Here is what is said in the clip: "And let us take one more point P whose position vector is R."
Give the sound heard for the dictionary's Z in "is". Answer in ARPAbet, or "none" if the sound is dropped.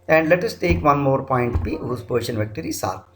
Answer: S